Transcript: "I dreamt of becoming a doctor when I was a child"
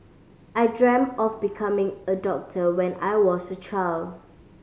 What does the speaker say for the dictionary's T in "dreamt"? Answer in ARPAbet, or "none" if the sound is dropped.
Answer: none